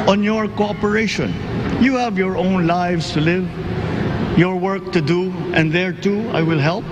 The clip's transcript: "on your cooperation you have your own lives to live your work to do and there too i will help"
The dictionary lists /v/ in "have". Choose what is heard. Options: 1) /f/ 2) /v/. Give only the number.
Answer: 2